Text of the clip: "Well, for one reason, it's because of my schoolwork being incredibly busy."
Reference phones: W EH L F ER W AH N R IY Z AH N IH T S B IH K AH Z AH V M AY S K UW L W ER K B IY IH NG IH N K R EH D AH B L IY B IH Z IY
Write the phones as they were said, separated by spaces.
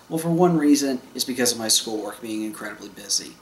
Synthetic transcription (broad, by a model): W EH L F ER W AH N R IY Z AH N IH T S B IH K AH Z AH V M AY S K UW L W ER K B IY IH NG IH N K R EH D AH B L IY B IH Z IY